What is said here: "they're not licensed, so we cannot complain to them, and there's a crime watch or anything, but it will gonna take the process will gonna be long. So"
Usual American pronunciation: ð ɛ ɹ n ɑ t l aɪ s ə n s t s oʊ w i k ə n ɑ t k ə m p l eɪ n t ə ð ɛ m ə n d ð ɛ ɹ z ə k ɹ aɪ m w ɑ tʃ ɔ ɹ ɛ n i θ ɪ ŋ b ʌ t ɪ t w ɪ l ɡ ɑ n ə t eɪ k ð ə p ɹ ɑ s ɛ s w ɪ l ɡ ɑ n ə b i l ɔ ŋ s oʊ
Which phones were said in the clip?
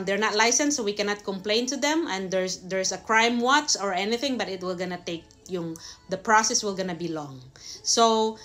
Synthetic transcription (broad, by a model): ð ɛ ɹ n ɑ t l aɪ s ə n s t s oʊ w i k ə n ɑ t k ə m p l eɪ n t ə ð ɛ m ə n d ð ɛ ɹ s ə k ɹ aɪ m w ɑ s ɔ ɹ ɛ n i θ ɪ ŋ b ʌ t ɪ t w ɪ l ɡ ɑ n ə t eɪ k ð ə p ɹ ɑ s ɛ s w ɪ l ɡ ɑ n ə b i l ɔ ŋ s oʊ